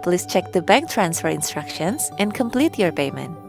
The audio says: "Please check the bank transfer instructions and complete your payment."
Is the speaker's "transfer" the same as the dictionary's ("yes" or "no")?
yes